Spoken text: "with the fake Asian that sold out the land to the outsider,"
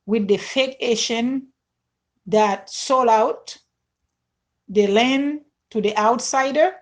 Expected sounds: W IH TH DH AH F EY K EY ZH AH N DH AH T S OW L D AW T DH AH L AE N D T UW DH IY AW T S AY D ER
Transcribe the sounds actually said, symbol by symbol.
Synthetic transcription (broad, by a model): W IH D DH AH F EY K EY SH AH N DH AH T S OW L AW T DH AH L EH N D T UW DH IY AW T S AY D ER